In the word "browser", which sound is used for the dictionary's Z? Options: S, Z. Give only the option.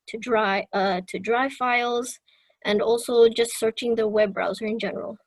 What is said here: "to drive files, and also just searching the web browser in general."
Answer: Z